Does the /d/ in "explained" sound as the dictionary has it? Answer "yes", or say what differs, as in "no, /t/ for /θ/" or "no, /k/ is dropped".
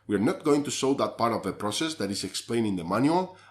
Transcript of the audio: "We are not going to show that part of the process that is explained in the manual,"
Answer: no, /d/ is dropped